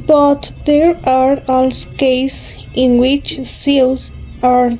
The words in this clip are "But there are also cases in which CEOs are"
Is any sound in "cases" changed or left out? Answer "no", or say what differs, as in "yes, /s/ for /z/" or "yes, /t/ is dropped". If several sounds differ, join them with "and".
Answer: yes, /s/ is dropped and /s/ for /z/